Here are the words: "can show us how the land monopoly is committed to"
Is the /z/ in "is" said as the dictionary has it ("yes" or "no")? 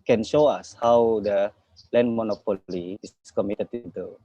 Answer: no